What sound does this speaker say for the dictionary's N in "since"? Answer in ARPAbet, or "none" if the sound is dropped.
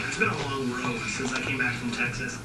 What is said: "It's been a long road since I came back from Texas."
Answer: N